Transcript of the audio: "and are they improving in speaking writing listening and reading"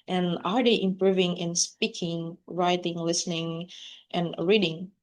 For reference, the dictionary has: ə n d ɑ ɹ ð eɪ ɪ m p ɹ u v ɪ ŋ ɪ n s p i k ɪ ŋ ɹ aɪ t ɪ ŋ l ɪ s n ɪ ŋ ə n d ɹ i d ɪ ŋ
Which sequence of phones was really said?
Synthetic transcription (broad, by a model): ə n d ɑ ɹ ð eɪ ɪ m p ɹ u v ɪ ŋ ɪ n s p i k ɪ ŋ ɹ aɪ t ɪ ŋ l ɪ s n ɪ ŋ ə n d ɹ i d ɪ ŋ